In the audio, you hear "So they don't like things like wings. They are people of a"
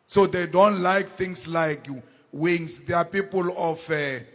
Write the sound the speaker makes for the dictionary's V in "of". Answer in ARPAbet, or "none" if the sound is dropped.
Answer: F